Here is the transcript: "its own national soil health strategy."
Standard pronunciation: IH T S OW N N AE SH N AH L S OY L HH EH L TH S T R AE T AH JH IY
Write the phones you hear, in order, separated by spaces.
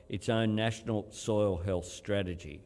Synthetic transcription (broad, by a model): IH T S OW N N AE SH N AH L S OY L HH EH L TH S T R AE T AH JH IY